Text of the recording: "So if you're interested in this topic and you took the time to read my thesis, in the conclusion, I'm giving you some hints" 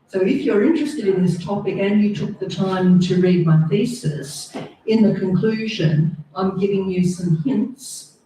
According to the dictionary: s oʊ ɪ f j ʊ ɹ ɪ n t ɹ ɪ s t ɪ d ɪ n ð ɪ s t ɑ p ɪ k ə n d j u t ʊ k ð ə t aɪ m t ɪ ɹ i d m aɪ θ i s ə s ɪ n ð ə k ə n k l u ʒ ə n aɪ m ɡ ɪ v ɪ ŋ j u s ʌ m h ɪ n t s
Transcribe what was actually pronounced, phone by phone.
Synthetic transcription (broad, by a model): s oʊ ɪ f j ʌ ɹ ɪ n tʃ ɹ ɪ s t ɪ d ɪ n ð ɪ s t ɑ p ɪ k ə n j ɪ t ʊ k ð ə t aɪ m t ɪ ɹ i d m aɪ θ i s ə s ɪ n ð ə k ə n k l u ʒ ə n aɪ m ɡ ɪ v ɪ ŋ j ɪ s ʌ m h ɪ n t s